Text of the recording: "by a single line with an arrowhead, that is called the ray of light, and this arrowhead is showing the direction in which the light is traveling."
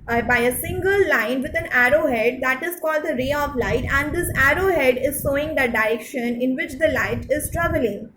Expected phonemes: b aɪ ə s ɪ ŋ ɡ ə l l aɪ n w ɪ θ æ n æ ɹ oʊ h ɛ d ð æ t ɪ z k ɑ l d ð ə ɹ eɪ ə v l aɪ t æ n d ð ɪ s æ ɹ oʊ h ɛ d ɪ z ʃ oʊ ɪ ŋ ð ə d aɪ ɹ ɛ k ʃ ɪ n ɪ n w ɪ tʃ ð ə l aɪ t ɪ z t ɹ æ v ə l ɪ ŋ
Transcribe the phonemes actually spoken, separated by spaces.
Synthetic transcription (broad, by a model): b aɪ ə s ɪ ŋ ɡ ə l l aɪ n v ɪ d æ n æ ɹ oʊ h ɛ d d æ t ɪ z k ɑ l d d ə ɹ eɪ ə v l aɪ t æ n d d ɪ s æ ɹ oʊ h ɛ d ɪ z s oʊ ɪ ŋ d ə d aɪ ɹ ɛ k ʃ ɪ n ɪ n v ɪ tʃ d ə l aɪ t ɪ z t ɹ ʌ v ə l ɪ ŋ